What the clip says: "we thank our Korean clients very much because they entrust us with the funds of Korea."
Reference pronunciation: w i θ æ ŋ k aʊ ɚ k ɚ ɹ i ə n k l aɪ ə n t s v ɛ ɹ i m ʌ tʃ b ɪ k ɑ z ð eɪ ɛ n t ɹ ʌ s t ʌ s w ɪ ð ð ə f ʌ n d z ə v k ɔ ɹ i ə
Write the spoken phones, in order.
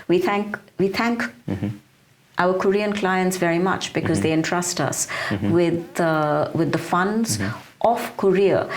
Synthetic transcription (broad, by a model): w i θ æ ŋ k aʊ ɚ k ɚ ɹ i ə n k l aɪ ə n t s v ɛ ɹ i m ʌ tʃ b ɪ k ɑ z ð eɪ ɛ n t ɹ ʌ s t ʌ s w ɪ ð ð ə f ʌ n d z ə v k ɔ ɹ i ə